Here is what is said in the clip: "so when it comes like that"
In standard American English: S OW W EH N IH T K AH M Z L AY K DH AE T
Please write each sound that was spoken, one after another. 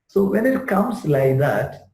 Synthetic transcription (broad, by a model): S OW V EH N IH T K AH M S L AY K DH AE T